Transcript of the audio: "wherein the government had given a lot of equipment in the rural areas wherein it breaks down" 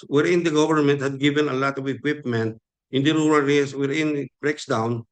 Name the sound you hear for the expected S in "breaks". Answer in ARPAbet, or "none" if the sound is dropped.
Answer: S